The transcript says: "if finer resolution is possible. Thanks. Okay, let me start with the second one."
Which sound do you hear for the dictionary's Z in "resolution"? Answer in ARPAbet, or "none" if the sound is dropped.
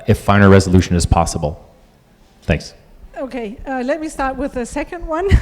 Z